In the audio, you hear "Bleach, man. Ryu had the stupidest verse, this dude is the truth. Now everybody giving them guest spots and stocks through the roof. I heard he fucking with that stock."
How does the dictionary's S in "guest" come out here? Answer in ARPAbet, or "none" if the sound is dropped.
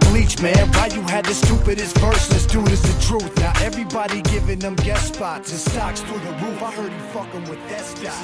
none